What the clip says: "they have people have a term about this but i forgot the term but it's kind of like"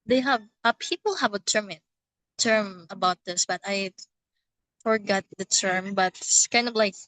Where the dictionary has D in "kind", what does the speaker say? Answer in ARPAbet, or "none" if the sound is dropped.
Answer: D